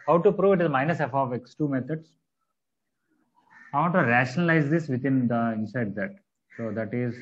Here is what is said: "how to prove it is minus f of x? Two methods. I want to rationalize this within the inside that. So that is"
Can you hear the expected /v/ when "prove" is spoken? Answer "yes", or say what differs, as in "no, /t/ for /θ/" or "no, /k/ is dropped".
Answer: yes